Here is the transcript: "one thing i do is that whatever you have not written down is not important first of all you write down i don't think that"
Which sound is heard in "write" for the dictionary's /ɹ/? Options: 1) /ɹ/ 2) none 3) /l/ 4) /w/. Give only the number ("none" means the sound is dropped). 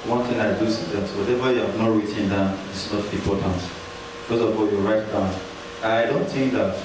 1